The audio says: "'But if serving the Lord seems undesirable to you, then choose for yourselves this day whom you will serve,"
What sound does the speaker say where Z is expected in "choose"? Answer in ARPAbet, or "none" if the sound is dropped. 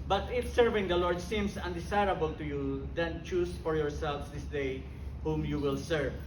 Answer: S